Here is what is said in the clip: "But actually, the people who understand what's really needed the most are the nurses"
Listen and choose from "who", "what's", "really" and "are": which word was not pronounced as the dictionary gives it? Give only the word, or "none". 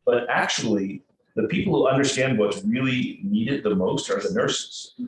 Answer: what's